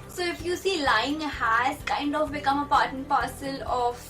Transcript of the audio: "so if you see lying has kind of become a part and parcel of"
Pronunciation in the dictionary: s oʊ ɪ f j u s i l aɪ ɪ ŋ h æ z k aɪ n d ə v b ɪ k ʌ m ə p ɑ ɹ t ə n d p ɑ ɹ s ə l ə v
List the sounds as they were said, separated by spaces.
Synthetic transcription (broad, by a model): s oʊ ɪ f j u s i l aɪ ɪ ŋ h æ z k aɪ n d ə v b ɪ k ʌ m ə p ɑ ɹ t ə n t p ɑ ɹ s ə l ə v